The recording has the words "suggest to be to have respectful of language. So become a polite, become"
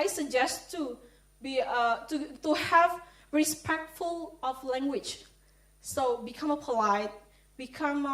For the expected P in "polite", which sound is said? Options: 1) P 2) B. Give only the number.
1